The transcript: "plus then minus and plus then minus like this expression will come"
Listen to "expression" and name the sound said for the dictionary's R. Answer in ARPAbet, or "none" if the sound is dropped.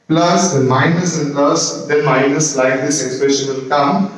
R